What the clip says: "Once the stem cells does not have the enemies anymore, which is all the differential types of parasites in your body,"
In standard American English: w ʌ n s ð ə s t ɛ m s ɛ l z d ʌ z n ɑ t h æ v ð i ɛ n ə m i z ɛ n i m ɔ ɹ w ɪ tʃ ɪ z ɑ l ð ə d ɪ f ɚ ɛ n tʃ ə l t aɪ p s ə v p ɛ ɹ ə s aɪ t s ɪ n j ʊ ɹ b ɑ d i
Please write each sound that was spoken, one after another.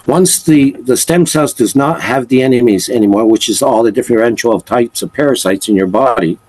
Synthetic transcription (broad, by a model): w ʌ n s ð ə s t ɛ m s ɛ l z d ʌ z n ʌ t h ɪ v ð i ɛ n ə m i z ɛ n i m ɔ ɹ w ɪ tʃ ɪ z ɑ l ð ə d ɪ f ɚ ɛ n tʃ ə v t aɪ p s ə v p ɛ ɹ ə s aɪ t s ɪ n j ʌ ɹ b ɑ d i